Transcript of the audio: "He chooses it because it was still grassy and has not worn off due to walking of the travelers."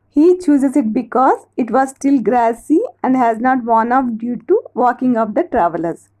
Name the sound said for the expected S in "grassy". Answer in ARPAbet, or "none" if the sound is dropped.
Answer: S